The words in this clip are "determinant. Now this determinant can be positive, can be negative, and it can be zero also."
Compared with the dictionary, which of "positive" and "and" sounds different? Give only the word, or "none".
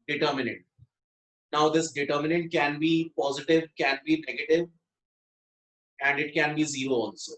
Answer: none